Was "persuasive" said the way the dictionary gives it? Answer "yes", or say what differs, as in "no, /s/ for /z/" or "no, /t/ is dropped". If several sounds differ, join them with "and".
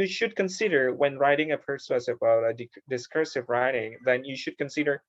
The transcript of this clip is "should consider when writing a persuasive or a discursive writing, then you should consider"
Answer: no, /b/ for /v/